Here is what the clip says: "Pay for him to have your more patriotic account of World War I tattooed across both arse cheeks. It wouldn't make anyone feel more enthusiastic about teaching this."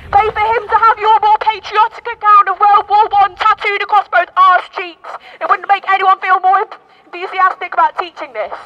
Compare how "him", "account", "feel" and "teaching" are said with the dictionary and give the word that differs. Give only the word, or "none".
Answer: account